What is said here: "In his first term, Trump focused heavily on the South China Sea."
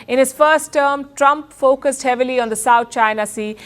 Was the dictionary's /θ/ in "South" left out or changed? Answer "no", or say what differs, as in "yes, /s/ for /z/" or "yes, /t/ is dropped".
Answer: yes, /t/ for /θ/